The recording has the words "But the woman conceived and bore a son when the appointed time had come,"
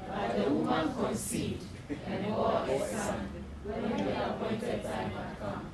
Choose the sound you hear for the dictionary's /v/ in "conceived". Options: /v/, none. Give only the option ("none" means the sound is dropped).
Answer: none